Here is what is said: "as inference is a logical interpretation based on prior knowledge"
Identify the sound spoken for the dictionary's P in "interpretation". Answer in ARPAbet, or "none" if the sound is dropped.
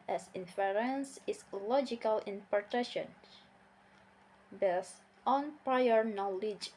none